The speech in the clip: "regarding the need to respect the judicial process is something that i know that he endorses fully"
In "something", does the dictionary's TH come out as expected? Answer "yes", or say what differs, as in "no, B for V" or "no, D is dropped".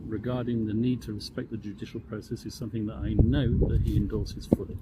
yes